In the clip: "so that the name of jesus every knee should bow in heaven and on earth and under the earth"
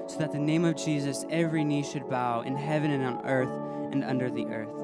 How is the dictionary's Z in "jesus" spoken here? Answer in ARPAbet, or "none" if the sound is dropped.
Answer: Z